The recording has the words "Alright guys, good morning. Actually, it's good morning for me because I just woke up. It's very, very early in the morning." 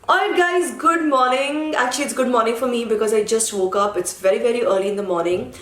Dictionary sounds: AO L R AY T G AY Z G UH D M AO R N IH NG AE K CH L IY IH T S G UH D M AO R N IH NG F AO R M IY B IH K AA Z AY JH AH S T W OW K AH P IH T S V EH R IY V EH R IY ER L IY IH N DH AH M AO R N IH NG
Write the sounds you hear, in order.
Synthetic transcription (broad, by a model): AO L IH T G AY Z G UH D M AO R N IH NG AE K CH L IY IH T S G UH D M AO R N IH NG F AO R M IY B IH K AA Z AY JH AH S T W OW K AH P IH T S V EH R IY V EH R IY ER L IY IH N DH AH M AO R N IH NG